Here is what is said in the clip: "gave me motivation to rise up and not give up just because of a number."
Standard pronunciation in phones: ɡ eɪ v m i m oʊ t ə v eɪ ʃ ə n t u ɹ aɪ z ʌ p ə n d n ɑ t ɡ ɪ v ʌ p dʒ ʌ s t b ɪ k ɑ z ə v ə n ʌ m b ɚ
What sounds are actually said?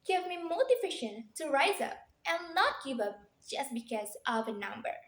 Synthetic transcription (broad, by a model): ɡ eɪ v m i m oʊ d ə f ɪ ʃ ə n t u ɹ aɪ z ʌ p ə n n ɑ t ɡ ɪ v ʌ p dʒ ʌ s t b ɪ k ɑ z ə v ə n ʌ m b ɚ